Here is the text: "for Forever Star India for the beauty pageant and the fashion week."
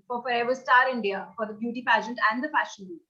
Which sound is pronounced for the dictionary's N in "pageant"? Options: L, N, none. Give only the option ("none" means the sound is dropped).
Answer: N